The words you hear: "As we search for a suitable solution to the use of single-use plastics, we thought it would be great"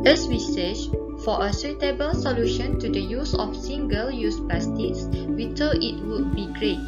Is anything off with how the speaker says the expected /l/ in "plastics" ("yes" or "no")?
yes